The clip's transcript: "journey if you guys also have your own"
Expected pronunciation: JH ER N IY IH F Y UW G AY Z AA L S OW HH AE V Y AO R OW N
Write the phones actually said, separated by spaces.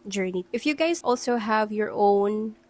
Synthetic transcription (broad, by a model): JH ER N IY IH F Y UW G AY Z AA L S OW HH AE V Y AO R OW N